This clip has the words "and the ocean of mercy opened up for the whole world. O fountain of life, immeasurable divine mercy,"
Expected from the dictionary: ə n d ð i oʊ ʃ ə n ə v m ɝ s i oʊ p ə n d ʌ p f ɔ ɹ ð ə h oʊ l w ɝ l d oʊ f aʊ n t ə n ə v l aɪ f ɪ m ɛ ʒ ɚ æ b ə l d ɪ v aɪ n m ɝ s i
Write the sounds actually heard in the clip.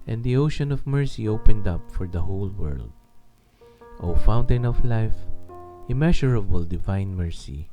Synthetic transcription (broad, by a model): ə n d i oʊ ʃ ə n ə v m ɝ s i oʊ p ə n d ʌ p f ɔ ɹ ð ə h oʊ l w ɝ l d oʊ f aʊ n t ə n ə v l aɪ f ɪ m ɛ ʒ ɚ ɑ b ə l d ɪ v aɪ n m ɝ s i